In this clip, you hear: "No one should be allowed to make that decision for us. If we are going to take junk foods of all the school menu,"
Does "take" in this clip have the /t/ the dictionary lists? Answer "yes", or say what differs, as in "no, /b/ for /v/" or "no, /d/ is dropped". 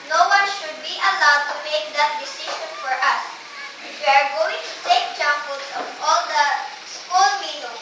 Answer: no, /s/ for /t/